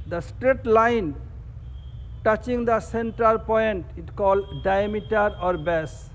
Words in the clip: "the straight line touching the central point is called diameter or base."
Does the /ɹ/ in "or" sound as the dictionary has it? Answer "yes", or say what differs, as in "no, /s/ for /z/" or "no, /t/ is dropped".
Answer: yes